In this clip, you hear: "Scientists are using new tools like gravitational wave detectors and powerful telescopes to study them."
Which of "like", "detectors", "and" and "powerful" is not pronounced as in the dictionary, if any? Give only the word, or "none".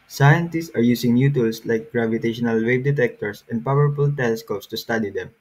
detectors